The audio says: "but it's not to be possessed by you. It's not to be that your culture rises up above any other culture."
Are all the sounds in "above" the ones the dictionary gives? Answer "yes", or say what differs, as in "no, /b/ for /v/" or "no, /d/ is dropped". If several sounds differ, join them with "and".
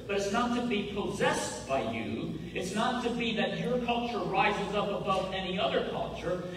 yes